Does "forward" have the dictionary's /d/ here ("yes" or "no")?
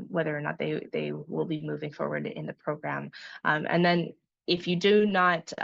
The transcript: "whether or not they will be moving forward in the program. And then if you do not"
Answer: yes